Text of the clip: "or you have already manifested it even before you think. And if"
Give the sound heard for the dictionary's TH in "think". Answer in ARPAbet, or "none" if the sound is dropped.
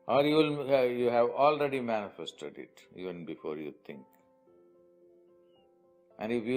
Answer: T